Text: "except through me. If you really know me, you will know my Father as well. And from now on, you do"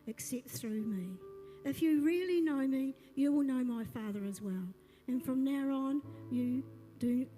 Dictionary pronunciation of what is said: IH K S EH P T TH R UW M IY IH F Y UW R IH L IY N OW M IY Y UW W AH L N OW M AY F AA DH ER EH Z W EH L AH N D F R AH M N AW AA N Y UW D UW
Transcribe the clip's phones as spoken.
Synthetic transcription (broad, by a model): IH K S EH P T TH R UW M IY IH F Y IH R IH L IY N OW M IY Y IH W AH L N OW M AY F AA DH ER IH Z W EH L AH N F R AH M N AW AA N Y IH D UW